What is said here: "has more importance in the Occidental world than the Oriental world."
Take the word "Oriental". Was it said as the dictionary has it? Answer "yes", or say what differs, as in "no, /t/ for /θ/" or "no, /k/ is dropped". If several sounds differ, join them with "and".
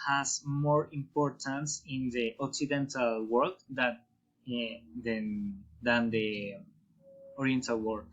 yes